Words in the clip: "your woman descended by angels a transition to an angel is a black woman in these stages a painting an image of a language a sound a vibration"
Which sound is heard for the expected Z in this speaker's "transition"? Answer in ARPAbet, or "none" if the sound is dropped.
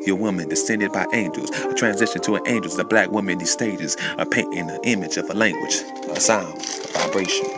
Z